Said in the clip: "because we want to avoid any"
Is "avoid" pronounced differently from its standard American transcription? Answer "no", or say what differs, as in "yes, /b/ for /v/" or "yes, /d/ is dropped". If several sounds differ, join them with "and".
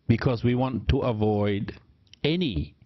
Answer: no